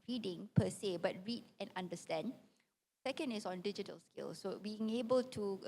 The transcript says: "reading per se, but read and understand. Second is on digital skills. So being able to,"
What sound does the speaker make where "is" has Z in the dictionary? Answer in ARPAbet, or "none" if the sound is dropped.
S